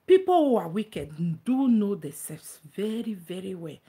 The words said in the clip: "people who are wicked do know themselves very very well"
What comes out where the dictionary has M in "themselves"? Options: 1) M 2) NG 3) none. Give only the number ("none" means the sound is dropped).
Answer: 3